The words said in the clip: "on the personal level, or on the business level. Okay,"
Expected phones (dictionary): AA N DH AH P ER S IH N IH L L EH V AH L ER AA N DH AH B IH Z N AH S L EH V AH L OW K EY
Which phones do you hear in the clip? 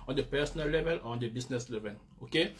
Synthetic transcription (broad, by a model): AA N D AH P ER S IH N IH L L EH V AH L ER AA N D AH B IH S N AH S L EH V AH L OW K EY